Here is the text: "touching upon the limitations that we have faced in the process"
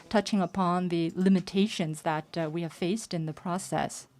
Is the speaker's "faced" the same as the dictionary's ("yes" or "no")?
yes